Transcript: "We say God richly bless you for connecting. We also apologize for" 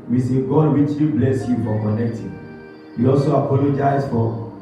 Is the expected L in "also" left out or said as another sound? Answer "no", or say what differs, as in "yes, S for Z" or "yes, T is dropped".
no